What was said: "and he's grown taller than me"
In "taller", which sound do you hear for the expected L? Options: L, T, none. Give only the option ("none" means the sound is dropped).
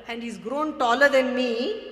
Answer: L